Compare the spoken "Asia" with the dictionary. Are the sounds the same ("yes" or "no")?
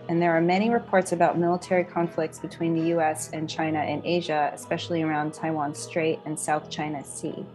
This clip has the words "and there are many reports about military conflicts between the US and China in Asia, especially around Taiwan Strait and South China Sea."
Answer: yes